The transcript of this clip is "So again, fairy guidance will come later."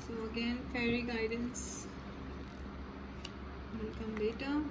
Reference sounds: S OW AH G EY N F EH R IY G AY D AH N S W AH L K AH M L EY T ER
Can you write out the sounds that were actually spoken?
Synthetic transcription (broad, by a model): S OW AH G EY N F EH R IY G AY D AH N S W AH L K AH M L EY T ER